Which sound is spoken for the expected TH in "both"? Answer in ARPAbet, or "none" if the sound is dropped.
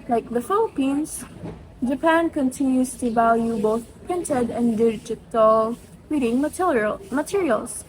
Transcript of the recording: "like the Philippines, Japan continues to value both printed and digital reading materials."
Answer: TH